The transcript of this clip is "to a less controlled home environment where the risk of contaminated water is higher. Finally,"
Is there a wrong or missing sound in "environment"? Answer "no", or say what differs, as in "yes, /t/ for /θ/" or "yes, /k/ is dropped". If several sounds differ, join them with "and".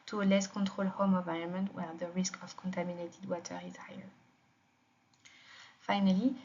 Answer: yes, /n/ is dropped and /ɹ/ is dropped